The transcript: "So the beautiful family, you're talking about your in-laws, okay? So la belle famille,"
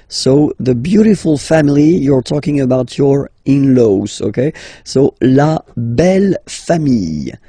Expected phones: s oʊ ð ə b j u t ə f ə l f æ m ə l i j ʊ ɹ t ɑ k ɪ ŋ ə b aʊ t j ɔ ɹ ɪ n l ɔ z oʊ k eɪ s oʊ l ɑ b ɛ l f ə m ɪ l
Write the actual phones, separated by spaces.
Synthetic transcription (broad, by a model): s oʊ ð ə b j u t ə f ə l f æ m ə l i j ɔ ɹ t ɑ k ɪ ŋ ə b aʊ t j ɔ ɹ ɪ n l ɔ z oʊ k eɪ s oʊ l ɑ b ɛ l f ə m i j